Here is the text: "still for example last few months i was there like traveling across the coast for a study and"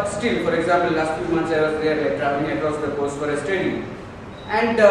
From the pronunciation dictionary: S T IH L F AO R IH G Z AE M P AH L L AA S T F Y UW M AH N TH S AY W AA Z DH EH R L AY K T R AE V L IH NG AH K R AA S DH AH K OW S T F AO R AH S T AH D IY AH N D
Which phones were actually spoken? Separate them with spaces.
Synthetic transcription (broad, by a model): S T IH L F AO R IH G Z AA M P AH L L AA S T F Y UW M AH N T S AY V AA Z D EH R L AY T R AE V IH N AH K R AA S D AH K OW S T F AO R AH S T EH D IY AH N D